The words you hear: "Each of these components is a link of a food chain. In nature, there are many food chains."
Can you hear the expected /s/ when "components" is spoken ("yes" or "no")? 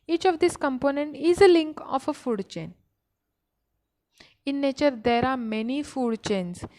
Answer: no